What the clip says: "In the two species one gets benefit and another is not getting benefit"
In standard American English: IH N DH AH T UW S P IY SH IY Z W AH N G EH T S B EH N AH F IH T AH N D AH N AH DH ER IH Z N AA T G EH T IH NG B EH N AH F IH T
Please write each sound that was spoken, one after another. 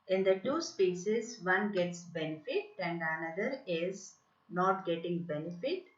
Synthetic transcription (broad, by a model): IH N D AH T UW S P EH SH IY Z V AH N G EH T S B EH N AH F IH T AH N D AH N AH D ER IH Z N AA T G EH T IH NG B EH N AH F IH T